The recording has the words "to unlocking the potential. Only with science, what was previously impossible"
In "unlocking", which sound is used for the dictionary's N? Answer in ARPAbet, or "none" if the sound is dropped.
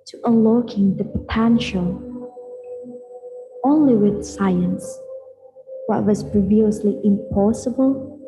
none